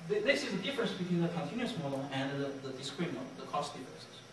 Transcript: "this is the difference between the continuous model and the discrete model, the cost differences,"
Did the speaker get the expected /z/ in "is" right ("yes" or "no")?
no